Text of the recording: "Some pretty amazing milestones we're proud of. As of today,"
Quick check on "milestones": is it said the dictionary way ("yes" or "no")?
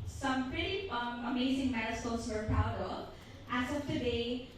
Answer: no